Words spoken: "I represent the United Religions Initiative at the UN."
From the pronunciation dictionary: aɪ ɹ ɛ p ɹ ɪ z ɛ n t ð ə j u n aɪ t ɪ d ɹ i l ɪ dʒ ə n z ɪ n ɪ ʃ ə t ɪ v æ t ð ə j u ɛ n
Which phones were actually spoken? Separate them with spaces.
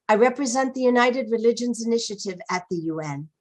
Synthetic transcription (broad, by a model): aɪ ɹ ɛ p ɹ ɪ z ɛ n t ð ə j u n aɪ t ɪ d ɹ i l ɪ dʒ ə n z ɪ n ɪ ʃ ə t ɪ v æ t ð ə j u ɛ n